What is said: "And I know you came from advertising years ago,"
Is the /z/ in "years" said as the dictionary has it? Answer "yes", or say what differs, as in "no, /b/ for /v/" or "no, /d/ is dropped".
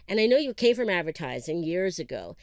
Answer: yes